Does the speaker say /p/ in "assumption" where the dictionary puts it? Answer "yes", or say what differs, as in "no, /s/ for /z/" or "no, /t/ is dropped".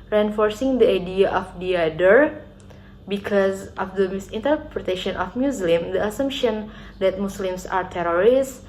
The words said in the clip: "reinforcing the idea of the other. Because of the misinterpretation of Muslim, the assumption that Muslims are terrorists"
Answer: yes